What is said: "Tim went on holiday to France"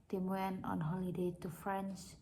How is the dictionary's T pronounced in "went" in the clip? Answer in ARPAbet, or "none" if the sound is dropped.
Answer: none